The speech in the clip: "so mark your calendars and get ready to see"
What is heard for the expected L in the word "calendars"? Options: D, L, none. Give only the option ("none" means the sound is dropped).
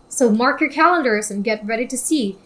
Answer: L